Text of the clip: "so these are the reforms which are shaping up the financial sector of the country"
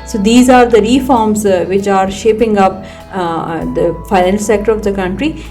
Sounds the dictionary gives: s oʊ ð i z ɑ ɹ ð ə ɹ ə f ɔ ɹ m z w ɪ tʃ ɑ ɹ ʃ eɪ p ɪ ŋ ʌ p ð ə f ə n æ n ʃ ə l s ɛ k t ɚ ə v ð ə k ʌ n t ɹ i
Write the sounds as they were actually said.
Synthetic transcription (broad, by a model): s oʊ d i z ɑ ɹ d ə ɹ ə f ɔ ɹ m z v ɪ tʃ ɑ ɹ ʃ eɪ p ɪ ŋ ʌ p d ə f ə ɪ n ə n s ɛ k t ɚ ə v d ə k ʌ n t ɹ i